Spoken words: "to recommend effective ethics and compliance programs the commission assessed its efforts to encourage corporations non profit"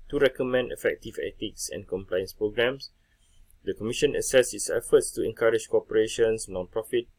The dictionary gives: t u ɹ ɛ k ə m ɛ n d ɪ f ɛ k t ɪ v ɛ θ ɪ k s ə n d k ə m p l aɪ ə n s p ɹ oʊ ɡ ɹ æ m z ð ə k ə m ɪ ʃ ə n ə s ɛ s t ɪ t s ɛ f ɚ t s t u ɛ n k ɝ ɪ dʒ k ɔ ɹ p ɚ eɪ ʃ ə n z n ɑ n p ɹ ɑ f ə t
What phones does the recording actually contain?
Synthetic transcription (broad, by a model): t u ɹ ɛ k ə m ɛ n d ɪ f ɛ k t ɪ v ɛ t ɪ k s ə n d k ə m p l aɪ ə n s p ɹ oʊ ɡ ɹ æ m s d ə k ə m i ʃ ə n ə s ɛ s ɪ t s ɛ f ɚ t s t u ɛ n k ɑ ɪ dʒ k ɔ p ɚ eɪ ʃ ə n s n ɑ n p ɹ ɑ f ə t